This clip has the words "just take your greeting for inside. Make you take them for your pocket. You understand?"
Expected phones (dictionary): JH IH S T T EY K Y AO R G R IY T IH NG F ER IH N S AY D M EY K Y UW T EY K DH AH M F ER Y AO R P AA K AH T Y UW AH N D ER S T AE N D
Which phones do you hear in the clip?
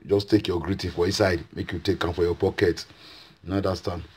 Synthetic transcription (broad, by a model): JH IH S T T EY K Y AO G R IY T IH F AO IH S AY D M EY K Y UW T EY K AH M F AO Y AO P AA K AH T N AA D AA S T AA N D